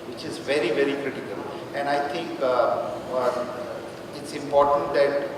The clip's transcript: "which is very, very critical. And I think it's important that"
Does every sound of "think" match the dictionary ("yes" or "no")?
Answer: no